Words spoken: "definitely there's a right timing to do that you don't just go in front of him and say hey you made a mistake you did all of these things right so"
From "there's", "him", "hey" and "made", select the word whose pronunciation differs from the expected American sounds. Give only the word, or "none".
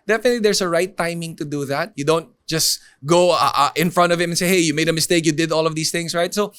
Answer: there's